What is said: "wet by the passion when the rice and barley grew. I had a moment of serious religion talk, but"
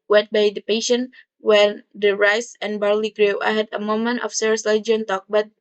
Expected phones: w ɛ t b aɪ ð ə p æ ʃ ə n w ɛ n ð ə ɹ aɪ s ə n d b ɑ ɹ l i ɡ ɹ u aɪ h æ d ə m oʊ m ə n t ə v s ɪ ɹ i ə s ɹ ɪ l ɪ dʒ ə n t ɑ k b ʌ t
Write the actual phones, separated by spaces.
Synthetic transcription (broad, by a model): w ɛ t b aɪ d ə p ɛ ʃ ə n w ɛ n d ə ɹ aɪ s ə n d b ɑ ɹ l i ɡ ɹ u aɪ h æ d ə m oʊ m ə n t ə f s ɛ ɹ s l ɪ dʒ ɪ ə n t ɑ k b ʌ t